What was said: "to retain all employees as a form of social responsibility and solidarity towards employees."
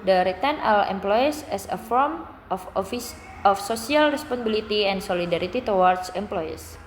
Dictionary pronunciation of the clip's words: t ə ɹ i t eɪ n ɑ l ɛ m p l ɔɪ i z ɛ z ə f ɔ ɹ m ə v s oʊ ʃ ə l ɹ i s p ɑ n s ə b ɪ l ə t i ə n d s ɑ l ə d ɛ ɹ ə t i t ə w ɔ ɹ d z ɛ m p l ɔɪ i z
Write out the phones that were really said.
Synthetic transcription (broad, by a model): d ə ɹ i t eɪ n ɑ l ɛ m p l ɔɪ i s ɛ s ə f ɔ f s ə f s oʊ s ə l ɹ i s p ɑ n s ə b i l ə t i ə n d s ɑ l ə d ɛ ɹ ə t i t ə w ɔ ɹ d s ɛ m p l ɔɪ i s